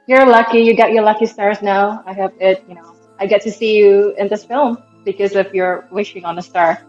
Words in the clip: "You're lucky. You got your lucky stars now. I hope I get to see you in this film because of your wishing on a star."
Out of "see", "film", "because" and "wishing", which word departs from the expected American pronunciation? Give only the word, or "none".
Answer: none